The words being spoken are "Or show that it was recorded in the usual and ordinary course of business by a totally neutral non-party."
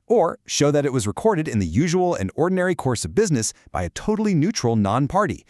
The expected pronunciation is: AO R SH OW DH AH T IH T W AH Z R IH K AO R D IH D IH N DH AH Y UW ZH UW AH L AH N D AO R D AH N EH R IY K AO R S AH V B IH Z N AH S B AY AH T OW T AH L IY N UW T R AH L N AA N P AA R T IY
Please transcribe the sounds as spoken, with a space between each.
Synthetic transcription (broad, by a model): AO R SH OW DH AH T IH T W AH Z R IH K AO R D IH D IH N DH AH Y UW ZH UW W L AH N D AO R D N EH R IY K AO R S AH V B IH Z N AH S B AY AH T OW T L IY N UW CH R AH L N AA N P AA R T IY